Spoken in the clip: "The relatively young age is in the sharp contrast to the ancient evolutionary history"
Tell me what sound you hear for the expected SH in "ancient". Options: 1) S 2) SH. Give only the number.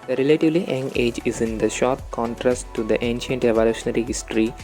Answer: 2